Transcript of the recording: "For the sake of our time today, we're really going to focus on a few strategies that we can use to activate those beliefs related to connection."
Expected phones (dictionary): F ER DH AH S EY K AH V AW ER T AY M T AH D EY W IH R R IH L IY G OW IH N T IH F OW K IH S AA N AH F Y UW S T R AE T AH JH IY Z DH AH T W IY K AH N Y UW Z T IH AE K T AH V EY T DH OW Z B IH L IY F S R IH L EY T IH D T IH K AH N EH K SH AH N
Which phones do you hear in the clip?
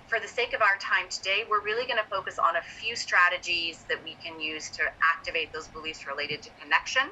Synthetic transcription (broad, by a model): F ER DH AH S EY K AH V AW ER T AY M T AH D EY W IH R R IH L IY G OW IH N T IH F OW K IH S N AH F Y UW S T R AE T AH JH IY Z DH AH T W IY K AH N Y UW Z T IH AE K T AH V EY T DH OW Z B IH L IY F S R IH L EY T IH D T IH K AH N EH K SH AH N